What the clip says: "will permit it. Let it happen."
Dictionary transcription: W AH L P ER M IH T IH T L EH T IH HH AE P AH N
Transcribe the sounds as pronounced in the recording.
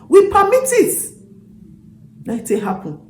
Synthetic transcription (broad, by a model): W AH P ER M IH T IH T N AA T IH HH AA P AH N